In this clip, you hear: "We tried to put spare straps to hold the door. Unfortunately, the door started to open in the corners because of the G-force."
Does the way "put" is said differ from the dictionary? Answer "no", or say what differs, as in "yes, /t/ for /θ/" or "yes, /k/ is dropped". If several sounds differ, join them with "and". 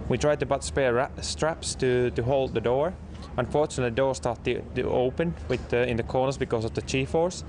yes, /b/ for /p/